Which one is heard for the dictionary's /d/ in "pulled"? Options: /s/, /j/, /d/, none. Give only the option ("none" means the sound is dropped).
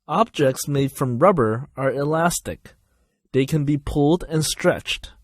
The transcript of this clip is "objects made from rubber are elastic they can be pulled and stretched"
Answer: /d/